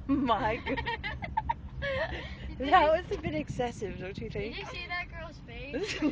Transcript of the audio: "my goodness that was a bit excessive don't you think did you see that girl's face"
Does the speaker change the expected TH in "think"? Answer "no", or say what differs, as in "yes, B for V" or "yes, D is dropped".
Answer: no